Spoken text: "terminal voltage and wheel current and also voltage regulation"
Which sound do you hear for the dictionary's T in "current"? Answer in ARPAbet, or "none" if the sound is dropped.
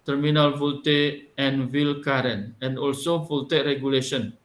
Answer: none